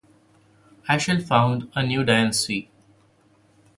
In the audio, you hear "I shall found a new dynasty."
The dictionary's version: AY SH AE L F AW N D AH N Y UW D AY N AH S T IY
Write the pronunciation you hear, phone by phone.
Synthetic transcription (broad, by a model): AY SH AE L F AW N D AH N Y UW D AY AH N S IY